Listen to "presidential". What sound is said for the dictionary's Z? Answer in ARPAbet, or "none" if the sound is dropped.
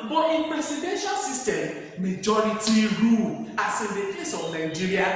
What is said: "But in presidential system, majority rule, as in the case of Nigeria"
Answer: S